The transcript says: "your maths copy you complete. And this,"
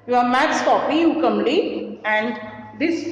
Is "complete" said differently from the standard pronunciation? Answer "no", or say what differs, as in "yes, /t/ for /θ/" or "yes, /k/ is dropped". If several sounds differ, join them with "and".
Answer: yes, /p/ is dropped